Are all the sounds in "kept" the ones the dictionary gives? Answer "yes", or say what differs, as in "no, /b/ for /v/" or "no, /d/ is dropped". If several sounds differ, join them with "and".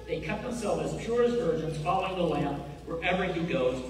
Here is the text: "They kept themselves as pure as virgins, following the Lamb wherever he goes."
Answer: no, /p/ is dropped